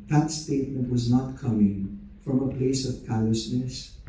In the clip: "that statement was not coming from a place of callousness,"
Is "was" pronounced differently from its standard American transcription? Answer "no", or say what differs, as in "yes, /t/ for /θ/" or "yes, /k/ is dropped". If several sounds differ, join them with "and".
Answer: no